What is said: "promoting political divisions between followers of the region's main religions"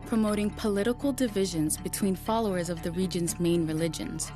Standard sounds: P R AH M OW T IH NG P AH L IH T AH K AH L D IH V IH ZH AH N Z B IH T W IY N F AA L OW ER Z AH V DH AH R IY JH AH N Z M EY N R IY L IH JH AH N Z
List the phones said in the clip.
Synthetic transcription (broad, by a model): P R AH M OW T IH NG P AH L IH T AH K L D IH V IH ZH AH N Z B IH T W IY N F AA L OW ER Z AH V DH AH R IY JH AH N Z M EY N R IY L IH JH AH N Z